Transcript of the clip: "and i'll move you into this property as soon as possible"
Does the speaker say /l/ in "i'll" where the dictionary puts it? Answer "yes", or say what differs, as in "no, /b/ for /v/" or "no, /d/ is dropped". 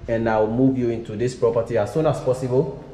no, /w/ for /l/